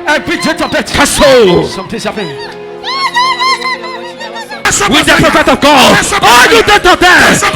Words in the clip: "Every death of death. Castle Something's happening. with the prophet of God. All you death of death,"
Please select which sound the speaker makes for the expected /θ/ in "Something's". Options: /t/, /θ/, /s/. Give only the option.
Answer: /t/